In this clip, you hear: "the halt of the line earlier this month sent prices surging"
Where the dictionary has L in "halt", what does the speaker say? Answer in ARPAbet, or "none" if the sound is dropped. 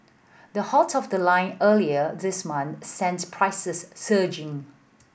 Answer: none